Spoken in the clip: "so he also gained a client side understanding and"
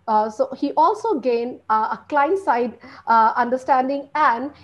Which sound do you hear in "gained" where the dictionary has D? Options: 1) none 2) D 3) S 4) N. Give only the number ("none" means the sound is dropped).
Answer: 1